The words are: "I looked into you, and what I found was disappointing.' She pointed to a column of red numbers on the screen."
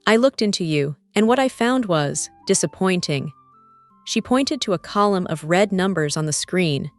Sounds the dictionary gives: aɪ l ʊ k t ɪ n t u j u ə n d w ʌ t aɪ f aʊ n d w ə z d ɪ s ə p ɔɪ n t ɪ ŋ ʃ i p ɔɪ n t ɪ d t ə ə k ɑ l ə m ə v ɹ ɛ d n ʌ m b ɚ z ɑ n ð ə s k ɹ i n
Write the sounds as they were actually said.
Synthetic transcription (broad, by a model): aɪ l ʊ k t ɪ n t u j u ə n w ʌ t aɪ f aʊ n d w ə z d ɪ s ə p ɔɪ n t ɪ ŋ ʃ i p ɔɪ n t ɪ d t ə ə k ɑ l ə m ə v ɹ ɛ d n ʌ m b ɚ z n ð ə s k ɹ i n